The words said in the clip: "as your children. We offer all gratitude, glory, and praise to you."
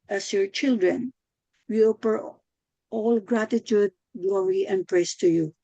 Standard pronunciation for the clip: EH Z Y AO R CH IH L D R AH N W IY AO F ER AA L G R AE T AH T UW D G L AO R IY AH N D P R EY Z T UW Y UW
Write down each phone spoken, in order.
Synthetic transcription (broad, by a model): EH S Y AO R CH IH L D R AH N W IY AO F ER AA L G R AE T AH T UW D G L AO R IY AH N D P R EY S T UW Y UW